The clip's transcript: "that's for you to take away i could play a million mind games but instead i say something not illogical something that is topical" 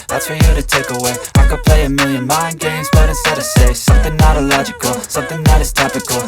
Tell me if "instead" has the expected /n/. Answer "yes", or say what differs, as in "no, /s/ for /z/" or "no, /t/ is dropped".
no, /n/ is dropped